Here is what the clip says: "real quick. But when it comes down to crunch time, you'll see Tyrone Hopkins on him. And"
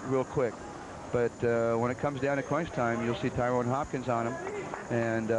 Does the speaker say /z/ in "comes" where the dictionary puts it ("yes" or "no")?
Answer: yes